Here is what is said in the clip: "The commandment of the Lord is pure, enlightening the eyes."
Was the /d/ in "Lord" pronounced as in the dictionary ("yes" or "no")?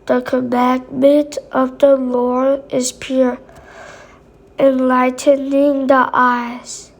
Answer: no